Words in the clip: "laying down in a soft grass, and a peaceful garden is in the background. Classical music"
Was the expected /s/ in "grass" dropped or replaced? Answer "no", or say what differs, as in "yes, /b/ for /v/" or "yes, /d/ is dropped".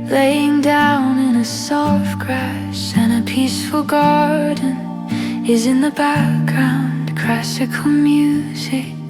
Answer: yes, /ʃ/ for /s/